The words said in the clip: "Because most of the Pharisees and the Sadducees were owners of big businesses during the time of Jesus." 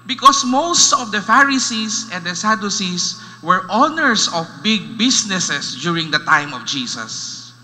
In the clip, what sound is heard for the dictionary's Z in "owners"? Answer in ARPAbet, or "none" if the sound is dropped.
S